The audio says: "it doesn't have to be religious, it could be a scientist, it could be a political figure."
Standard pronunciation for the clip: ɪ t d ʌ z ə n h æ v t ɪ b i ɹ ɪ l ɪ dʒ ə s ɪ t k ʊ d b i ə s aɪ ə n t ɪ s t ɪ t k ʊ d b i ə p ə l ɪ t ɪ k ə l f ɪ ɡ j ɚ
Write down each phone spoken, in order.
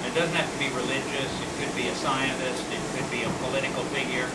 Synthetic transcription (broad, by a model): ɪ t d ʌ z n h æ f t ɪ b i ɹ ɪ l ɪ dʒ ə s ɪ t k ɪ d b i ə s aɪ ə n t ɪ s t ɪ t k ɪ d b i ə p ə l ɪ t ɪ k l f ɪ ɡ j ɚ